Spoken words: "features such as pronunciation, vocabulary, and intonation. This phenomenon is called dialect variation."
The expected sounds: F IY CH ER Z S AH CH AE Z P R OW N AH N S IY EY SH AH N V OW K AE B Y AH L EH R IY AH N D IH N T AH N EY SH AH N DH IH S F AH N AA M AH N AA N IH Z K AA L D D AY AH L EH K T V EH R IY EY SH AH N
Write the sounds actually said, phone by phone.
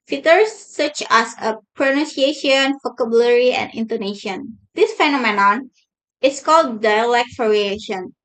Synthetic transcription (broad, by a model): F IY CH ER S AH CH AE S P R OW N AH N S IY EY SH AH N F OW K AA B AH L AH R IY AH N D IH N T AH N EY SH AH N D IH S F AH N AA M AH N AA N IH S K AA L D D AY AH L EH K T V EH R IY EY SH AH N